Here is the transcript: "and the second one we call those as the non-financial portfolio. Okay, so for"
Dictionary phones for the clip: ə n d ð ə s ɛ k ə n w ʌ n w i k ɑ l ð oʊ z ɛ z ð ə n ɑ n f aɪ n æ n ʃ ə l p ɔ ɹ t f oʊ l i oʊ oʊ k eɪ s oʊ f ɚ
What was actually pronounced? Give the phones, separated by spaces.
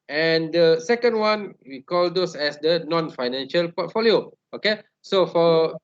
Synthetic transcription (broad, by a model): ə n d ə s ɛ k ə n w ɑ n w i k ɑ l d oʊ s ɛ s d ə n ɑ n f aɪ n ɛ n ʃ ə l p ɔ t f oʊ l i oʊ oʊ k eɪ s oʊ f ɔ